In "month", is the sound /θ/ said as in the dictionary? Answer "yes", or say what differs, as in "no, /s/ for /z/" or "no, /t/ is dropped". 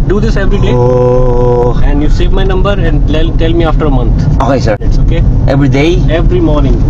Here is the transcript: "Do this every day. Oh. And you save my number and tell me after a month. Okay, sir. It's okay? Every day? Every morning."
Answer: no, /t/ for /θ/